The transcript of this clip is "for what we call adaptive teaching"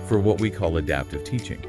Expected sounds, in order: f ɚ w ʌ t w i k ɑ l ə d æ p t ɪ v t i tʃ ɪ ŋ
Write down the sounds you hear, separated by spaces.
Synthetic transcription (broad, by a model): f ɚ w ʌ t w i k ɑ l ə d æ p t ɪ v t i tʃ ɪ ŋ